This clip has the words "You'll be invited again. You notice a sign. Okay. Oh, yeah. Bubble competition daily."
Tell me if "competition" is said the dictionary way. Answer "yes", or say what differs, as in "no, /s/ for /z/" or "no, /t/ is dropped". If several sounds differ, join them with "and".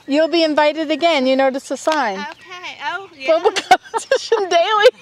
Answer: no, /s/ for /t/